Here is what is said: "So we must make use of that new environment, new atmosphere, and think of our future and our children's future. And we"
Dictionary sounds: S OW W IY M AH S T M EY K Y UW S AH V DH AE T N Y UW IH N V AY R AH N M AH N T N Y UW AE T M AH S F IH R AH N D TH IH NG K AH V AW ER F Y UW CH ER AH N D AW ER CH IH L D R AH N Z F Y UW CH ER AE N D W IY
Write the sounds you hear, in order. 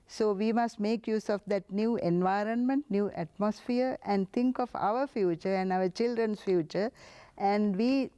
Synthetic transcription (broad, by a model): S OW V IY M AH S T M EY K Y UW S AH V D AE T N Y UW IH N V AY R AH N M AH N T N Y UW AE T M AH S F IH R AH N D T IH NG K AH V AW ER F Y UW CH ER AH N D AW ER CH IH L D R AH N S F Y UW CH ER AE N D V IY